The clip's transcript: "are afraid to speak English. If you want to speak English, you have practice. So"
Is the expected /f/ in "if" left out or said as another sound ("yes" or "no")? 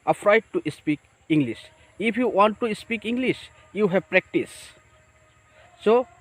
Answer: yes